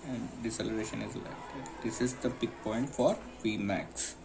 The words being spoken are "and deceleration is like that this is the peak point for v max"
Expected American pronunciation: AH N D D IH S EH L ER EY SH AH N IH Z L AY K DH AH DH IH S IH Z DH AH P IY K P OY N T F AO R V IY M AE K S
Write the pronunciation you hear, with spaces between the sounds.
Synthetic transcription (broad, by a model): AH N D D IH S EH L ER EY SH AH N IH Z L AY K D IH S IH Z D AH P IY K P OY N T F AO R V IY M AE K S